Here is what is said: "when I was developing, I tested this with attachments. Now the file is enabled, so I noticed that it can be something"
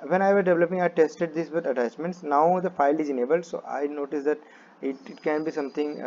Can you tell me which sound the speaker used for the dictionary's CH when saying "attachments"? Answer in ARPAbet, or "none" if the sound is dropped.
S